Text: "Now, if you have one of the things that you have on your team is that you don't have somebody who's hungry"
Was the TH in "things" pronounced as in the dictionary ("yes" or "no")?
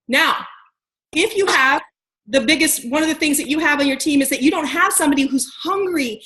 yes